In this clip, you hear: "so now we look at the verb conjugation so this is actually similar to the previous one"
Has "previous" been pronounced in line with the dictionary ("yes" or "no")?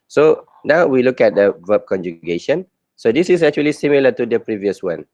yes